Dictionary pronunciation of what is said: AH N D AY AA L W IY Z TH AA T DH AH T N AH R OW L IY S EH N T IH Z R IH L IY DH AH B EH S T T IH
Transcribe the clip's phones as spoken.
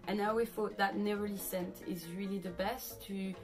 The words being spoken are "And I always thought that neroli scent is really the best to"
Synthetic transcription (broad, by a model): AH N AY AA W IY TH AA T DH AH T N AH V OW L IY S EH N T IH Z R IH L IY DH AH B EH S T T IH